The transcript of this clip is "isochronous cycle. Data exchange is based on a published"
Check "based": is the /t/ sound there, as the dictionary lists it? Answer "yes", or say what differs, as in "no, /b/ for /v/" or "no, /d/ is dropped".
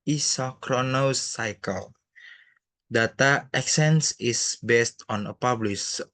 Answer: yes